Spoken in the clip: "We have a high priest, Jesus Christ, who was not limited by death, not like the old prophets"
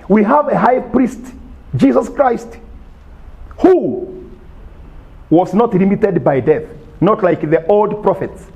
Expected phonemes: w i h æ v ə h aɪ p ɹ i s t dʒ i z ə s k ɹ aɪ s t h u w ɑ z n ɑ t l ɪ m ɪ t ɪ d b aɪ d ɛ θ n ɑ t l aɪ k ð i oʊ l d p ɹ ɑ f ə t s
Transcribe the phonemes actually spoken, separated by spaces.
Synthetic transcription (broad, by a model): w i h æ v ə h aɪ p ɹ i s t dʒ i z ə s k ɹ aɪ s t h u w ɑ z n ɑ t l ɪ m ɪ t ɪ d b aɪ d ɛ θ n ɑ t l aɪ k ð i oʊ l d p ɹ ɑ f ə t s